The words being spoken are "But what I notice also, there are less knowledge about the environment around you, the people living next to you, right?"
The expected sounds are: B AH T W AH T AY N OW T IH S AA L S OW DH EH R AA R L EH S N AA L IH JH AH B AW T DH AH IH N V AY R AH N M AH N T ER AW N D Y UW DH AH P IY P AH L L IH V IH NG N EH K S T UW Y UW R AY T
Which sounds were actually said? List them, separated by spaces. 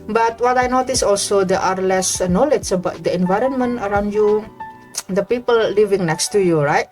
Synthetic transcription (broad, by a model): B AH T W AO T AY N OW T IH S AA L S OW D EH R AA R L EH S N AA L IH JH AH B AW T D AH IH N V AY R AH N M AH N T ER AW N D Y UW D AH P IY P AH L L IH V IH NG N EH K S T UW Y UW R AY T